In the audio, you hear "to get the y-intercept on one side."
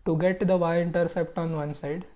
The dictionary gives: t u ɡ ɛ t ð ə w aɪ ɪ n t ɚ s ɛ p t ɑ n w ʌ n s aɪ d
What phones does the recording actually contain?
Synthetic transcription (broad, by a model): t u ɡ ɛ t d ə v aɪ ɪ n t ɚ s ɛ p t ɑ n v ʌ n s aɪ d